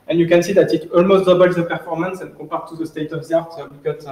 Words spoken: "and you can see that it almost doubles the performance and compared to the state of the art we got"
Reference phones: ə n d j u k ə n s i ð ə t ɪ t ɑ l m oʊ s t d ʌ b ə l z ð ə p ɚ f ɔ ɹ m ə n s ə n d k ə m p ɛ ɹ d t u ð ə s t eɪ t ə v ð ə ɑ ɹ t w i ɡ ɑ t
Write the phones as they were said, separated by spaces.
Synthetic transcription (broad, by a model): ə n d j u k ə n s i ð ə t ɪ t ɑ l m oʊ s t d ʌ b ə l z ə p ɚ f ɔ ɹ m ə n s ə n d k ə p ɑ ɹ t u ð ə s t eɪ t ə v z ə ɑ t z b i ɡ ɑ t